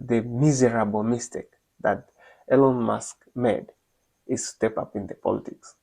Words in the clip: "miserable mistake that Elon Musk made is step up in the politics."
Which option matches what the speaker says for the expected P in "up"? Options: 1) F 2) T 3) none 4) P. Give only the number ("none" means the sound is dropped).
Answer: 4